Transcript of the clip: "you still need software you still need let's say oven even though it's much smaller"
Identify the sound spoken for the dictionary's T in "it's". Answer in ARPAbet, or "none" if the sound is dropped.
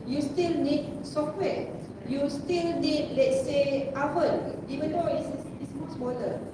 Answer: S